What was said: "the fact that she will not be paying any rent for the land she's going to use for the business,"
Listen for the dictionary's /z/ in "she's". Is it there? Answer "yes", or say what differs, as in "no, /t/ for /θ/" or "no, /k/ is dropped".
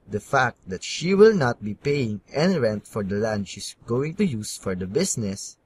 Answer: no, /s/ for /z/